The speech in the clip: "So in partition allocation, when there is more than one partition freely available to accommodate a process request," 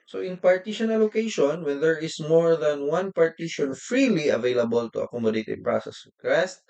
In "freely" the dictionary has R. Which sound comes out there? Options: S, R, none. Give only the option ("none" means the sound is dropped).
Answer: R